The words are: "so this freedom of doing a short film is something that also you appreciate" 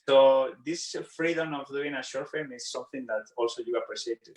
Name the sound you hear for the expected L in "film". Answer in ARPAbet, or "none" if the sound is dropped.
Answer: none